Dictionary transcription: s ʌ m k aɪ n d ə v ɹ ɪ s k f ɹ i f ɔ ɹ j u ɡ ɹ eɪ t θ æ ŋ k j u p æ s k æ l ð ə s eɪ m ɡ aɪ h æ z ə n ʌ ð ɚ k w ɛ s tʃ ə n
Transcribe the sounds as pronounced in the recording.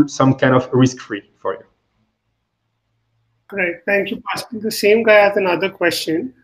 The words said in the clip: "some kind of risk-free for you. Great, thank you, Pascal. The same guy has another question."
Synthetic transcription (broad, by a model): s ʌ m k aɪ n d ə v ɹ ɪ s k f ɹ i f ɔ ɹ j u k ɹ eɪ t t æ ŋ k j u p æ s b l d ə s eɪ m ɡ aɪ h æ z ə n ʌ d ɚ k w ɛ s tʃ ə n